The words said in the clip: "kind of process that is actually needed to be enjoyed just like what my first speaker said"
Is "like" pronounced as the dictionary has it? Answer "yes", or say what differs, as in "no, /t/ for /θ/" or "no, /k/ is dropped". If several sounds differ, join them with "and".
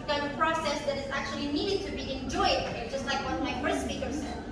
yes